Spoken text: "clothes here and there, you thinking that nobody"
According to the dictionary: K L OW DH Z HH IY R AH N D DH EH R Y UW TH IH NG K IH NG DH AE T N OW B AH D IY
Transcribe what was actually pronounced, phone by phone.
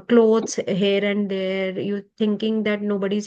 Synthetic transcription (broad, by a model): K L OW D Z HH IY R AH N D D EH R Y UW T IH NG K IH NG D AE T N OW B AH D IY